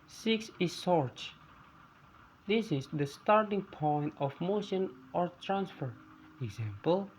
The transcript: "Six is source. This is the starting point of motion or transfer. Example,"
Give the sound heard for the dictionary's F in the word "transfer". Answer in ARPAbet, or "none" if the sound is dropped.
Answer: F